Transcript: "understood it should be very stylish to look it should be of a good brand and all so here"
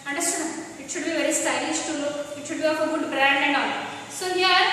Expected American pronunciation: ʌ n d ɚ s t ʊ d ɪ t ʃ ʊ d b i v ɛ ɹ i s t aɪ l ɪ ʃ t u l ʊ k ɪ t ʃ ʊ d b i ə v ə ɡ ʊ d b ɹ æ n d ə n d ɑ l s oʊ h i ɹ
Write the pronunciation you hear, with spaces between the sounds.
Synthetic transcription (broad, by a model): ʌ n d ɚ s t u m ɪ t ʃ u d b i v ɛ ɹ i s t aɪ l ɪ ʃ t u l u ɪ t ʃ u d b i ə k ə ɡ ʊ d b ɹ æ n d ə n d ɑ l s oʊ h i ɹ